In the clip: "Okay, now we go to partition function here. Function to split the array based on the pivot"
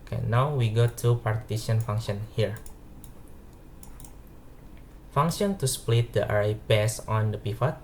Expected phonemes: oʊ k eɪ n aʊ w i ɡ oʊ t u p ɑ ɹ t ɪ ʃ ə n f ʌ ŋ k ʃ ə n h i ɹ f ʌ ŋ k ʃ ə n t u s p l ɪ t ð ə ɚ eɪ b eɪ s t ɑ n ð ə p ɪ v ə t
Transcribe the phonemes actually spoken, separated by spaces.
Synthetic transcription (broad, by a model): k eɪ n aʊ w i ɡ oʊ t u p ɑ ɹ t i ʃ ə n f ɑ ŋ k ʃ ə n h i ɹ f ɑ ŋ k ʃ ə n t u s p l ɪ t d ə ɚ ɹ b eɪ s ɑ n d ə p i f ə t